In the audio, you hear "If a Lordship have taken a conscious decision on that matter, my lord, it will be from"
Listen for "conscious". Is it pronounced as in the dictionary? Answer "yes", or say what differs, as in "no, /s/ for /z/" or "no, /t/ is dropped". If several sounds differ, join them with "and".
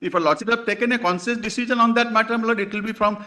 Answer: no, /s/ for /ʃ/